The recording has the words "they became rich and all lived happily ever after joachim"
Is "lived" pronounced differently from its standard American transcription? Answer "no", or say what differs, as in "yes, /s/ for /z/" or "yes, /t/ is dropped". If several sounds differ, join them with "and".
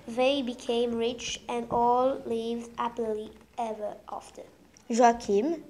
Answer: no